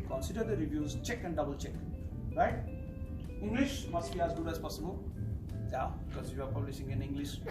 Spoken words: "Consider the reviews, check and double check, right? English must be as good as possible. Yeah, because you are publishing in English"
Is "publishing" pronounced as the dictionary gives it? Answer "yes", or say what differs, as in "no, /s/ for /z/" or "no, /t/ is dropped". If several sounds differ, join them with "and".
no, /s/ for /ʃ/